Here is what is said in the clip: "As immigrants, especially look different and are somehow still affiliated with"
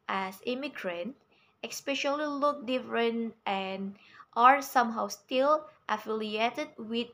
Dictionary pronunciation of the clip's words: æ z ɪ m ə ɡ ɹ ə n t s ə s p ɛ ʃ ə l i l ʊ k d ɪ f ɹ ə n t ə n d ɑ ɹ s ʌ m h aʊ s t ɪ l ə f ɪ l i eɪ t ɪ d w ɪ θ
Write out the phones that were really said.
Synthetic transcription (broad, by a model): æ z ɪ m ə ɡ ɹ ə n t ə s p ɛ ʃ ə l i l ʊ k d ɪ f ɹ ə n t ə n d ɑ ɹ s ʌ m h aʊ s t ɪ l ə f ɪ l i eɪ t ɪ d w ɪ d